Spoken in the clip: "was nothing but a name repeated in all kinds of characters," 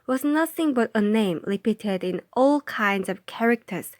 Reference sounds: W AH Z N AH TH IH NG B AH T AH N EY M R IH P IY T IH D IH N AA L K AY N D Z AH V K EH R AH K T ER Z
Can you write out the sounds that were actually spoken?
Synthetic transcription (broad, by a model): W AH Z N AH TH IH NG B AH T AH N EY M L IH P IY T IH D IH N AA L K AY N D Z AH V K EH R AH K T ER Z